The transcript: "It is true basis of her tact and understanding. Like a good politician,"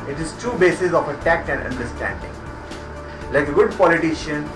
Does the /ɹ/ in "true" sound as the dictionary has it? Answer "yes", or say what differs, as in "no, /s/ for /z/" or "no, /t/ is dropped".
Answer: no, /ɹ/ is dropped